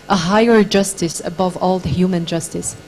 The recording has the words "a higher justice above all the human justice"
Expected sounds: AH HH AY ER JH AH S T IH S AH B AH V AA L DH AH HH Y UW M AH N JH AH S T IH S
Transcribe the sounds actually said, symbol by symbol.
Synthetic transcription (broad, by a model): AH HH AY ER JH AH S T IH S AH B AH V AA L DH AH HH Y UW M AH N JH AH S T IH S